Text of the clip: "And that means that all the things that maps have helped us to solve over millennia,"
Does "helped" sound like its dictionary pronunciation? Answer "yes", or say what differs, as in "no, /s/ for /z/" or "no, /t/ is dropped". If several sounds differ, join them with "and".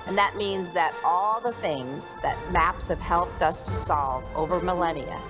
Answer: yes